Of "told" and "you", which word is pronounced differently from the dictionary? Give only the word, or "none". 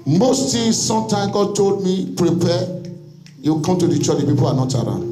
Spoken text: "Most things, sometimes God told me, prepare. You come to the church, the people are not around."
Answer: none